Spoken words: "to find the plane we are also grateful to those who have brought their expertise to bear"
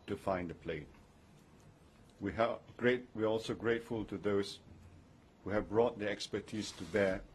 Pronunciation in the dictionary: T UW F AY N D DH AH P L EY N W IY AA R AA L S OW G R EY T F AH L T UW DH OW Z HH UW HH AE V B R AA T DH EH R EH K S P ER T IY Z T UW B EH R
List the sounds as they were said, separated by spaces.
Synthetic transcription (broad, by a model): T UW F AY N D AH P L EY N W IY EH W AA L S OW G R EY T F AH L T UW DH OW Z HH UW HH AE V B R AA T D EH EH K S P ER T IY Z T UW B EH